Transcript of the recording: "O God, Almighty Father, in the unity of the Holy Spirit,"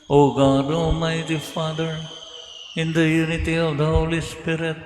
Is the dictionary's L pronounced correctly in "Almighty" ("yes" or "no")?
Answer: no